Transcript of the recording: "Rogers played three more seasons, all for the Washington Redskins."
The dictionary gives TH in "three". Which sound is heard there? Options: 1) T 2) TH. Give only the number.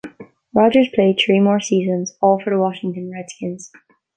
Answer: 2